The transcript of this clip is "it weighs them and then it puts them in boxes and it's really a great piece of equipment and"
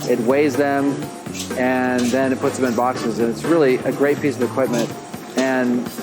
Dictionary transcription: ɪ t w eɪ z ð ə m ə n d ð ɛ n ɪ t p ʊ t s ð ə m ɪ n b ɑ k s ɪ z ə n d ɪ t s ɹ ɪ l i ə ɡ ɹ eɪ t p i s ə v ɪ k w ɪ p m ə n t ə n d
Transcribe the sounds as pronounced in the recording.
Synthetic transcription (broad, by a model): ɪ t w eɪ z ð ə m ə n ð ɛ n ɪ t p ʊ t s ð ə m ɪ n b ɑ k s ɪ z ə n ɪ t s ɹ ɪ l i ə ɡ ɹ eɪ t p i s ə v ɪ k w ɪ p m ə n t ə n